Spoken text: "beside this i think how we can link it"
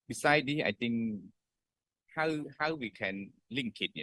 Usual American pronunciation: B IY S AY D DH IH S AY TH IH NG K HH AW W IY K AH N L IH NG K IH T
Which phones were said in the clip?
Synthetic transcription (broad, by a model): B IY S AY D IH AY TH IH NG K HH AW W IY K AH N L IH NG K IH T